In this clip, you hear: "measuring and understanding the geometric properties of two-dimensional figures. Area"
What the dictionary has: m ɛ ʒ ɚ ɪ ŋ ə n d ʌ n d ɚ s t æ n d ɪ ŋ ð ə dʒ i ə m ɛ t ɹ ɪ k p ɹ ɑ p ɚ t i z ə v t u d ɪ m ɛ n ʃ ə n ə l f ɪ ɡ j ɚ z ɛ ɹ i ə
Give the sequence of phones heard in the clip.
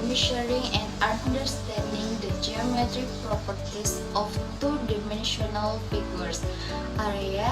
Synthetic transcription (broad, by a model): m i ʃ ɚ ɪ ŋ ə n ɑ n d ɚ s t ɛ n d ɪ ŋ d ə dʒ i ə m ɛ t ɹ ɪ k p ɹ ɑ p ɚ t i s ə f t u d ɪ m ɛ n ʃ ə n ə l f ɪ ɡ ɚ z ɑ ɹ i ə